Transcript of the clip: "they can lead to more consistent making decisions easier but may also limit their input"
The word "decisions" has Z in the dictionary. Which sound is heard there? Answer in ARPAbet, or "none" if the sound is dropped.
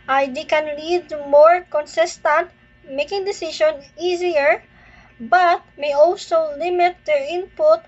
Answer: none